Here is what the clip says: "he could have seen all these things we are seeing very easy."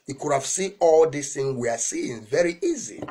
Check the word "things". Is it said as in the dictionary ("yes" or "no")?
no